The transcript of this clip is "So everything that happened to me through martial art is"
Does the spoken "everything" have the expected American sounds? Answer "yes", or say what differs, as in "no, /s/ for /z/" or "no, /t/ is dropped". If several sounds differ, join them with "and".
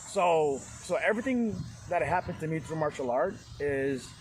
yes